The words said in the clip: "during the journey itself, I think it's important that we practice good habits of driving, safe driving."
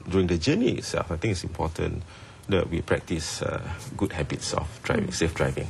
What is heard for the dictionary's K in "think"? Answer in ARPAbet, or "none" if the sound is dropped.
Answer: none